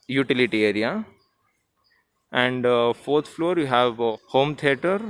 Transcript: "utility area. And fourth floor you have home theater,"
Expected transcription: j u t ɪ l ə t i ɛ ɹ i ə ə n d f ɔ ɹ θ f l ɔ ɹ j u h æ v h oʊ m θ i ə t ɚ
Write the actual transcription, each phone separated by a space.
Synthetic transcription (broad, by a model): j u t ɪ l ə t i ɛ ɹ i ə ə n d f ɔ ɹ t f l ɔ ɹ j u h æ v h oʊ m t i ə t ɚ